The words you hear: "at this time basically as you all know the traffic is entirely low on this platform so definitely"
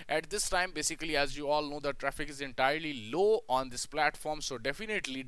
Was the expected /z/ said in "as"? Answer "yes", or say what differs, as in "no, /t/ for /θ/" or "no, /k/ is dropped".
yes